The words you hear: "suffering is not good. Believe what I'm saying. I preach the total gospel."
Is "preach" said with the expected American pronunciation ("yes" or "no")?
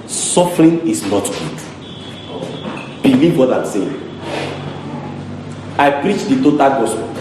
yes